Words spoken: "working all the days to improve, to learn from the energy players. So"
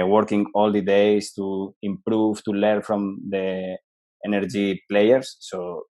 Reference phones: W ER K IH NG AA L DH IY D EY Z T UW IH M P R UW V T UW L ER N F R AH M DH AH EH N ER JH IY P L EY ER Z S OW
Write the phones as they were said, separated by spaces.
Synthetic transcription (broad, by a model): W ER K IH NG AA L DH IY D EY S T UW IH M P R UW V T UW L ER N F R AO M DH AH EH N ER JH IY P L EY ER S OW